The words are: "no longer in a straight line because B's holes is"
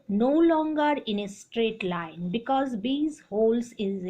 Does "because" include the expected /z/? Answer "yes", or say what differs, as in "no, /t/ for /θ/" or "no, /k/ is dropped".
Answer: yes